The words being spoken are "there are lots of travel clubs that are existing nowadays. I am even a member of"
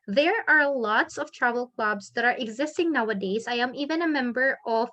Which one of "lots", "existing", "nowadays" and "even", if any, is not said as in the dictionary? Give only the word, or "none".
none